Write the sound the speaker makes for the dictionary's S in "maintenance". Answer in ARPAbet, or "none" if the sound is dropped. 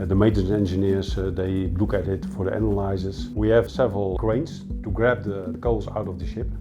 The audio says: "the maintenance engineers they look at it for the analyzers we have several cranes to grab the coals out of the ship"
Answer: none